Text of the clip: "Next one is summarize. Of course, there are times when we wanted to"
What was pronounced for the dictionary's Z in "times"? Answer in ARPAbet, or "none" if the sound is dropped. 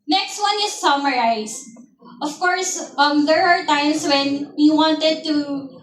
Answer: S